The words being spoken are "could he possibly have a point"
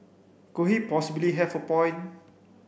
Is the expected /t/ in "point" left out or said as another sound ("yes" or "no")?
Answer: yes